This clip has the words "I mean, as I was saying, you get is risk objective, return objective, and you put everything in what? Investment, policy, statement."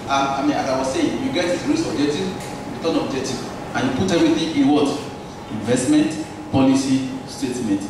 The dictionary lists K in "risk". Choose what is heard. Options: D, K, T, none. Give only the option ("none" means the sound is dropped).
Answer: none